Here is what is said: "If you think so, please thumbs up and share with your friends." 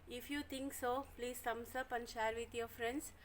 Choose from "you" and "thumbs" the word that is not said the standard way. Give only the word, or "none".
thumbs